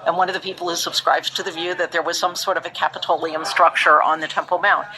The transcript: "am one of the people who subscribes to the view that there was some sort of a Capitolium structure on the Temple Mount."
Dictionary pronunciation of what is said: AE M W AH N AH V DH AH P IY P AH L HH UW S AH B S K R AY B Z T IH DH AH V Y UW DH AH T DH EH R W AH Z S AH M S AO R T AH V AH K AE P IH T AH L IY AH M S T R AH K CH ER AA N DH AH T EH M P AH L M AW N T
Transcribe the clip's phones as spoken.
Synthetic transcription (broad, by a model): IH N W AH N AH V DH AH P IY P L HH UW S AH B S K R AY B T IH DH AH V Y UW DH AH T DH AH R W AH Z S AH M S AO R T AH V AH K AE P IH T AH L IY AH M S T R AH K CH ER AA N DH AH T EH M P L M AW N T